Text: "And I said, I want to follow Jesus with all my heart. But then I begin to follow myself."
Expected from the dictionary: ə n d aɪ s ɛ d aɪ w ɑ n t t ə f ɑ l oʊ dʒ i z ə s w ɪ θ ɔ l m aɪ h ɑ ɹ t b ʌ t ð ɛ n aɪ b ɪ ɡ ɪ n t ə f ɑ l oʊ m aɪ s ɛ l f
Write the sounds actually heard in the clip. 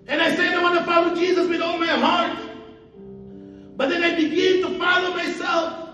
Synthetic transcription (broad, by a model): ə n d aɪ s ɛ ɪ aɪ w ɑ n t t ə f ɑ w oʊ dʒ i z ə s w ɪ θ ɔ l m aɪ h ɑ ɹ t b ʌ t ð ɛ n aɪ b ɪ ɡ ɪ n t ə f ɑ l oʊ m aɪ s ɛ l f